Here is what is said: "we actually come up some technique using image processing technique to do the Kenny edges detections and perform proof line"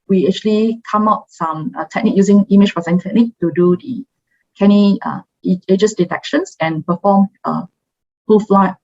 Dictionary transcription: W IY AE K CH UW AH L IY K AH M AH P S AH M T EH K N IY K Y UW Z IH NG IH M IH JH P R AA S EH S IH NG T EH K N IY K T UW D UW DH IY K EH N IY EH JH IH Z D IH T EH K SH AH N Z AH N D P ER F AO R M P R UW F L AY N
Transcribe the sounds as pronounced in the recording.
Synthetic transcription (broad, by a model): W IY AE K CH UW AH L IY K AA M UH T S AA M T EH K N IY K Y UW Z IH NG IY M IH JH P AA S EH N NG T EH K N IY K T UW D UW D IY K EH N IY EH JH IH S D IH T EH K SH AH N S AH N P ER F AO M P UW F L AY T